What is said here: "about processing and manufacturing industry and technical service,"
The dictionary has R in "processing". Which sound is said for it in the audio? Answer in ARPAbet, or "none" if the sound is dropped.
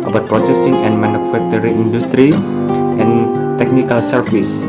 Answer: R